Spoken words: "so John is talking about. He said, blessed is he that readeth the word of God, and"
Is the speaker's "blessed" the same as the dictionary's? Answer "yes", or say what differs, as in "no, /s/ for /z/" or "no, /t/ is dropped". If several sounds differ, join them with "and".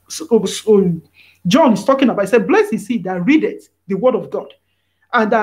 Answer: no, /t/ is dropped